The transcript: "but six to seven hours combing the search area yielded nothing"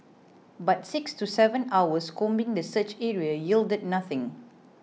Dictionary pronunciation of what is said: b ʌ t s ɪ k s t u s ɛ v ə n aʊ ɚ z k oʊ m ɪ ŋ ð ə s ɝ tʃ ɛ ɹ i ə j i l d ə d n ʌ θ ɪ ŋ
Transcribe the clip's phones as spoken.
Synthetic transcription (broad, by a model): b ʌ t s ɪ k s t u s ɛ v ə n aʊ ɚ s k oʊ m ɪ ŋ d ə s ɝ tʃ ɛ ɹ i ə j i l d ə d n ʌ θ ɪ ŋ